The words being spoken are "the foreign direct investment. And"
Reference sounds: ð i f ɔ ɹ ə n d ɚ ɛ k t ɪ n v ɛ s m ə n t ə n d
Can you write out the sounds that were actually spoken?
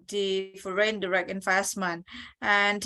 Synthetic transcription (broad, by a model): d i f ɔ ɹ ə n d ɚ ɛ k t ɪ n f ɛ s m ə n ə n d